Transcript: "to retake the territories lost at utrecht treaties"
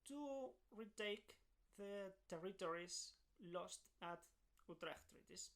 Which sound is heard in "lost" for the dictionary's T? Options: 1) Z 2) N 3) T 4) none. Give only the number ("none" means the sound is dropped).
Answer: 3